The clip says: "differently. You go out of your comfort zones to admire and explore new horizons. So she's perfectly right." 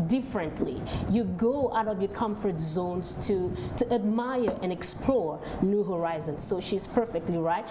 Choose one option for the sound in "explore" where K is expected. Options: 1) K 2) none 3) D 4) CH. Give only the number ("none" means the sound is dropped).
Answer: 1